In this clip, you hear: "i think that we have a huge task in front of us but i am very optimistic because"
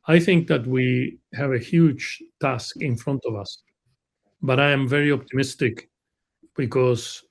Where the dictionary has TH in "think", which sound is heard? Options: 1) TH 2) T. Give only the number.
1